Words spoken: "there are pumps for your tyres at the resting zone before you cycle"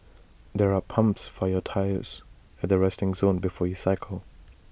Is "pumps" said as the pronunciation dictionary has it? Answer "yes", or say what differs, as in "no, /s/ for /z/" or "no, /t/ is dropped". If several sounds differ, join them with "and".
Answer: yes